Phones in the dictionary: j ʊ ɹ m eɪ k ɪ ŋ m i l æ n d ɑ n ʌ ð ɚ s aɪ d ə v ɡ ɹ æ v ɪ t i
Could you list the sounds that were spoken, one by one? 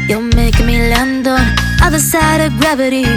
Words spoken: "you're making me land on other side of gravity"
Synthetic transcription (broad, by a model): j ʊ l m eɪ ɪ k m i l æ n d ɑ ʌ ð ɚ s aɪ d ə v ɡ ɹ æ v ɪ t i